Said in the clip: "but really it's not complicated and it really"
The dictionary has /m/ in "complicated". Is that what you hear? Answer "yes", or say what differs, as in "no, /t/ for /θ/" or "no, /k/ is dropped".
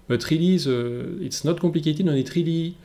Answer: no, /m/ is dropped